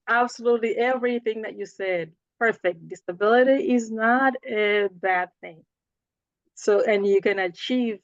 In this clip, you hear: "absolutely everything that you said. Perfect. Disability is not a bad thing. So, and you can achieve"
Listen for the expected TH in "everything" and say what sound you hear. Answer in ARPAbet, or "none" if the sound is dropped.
TH